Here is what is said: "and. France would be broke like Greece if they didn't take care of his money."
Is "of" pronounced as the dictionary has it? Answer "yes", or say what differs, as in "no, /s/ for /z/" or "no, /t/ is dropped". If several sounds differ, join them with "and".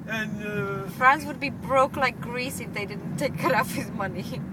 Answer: no, /f/ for /v/